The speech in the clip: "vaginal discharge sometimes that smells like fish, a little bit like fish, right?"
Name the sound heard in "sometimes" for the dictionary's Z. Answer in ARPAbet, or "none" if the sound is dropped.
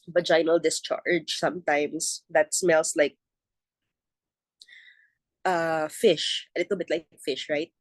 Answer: S